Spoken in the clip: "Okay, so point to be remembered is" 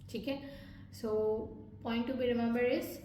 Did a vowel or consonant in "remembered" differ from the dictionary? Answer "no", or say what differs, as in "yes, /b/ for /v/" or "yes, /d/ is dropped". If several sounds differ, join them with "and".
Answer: yes, /d/ is dropped